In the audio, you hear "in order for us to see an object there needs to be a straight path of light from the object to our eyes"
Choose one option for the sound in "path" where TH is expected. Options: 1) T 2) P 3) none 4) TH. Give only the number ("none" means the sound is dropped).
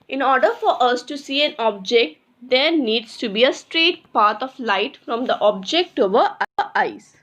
1